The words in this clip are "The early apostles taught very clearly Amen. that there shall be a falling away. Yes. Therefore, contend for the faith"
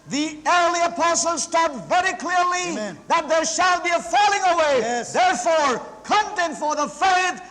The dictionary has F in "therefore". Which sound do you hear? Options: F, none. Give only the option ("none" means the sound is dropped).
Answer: F